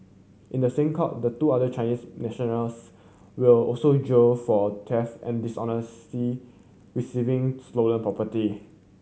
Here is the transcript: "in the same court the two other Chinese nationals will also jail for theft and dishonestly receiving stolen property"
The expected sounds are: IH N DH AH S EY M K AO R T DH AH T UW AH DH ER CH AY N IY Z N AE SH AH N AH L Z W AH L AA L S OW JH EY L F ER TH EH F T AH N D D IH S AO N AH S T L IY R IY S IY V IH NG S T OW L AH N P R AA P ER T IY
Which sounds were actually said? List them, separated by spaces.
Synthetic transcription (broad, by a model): IH N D AH S EY M K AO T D AH T UW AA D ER CH AY N IY S N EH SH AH N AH L S W AH L AA L S OW JH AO F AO T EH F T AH N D D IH S AO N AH S T IY R IY S IY V IH NG S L OW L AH N P R AA P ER T IY